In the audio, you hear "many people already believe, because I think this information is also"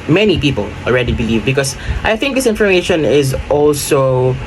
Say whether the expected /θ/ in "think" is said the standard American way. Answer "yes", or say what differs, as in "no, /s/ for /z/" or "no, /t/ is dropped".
yes